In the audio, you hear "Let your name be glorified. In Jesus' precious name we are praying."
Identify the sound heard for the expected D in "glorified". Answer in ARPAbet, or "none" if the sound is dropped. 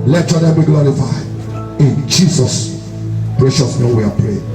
none